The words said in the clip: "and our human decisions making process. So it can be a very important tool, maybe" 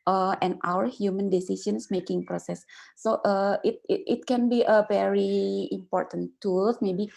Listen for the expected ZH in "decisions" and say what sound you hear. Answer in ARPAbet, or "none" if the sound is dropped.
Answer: S